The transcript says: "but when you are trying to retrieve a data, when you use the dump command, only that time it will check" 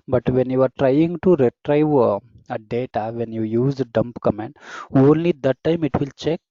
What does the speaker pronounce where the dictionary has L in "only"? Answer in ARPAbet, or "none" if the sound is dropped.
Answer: L